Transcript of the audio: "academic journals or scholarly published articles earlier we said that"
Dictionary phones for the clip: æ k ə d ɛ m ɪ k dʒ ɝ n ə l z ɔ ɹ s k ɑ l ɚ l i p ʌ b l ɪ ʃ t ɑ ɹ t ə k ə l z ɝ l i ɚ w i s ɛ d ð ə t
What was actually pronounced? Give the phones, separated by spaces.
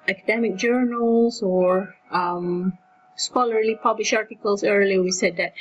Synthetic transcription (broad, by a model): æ k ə d ɛ m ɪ k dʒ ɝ n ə l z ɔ ɹ s k ɑ l ɚ l i p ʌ b l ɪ ʃ ɑ ɹ t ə k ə l s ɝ l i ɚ w i s ɛ d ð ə t